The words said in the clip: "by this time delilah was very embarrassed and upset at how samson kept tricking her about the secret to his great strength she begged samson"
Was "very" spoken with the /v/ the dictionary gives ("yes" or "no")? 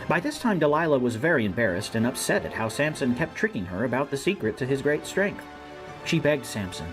yes